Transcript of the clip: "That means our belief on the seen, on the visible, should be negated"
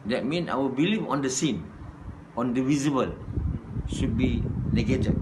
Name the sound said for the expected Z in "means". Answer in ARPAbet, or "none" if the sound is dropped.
none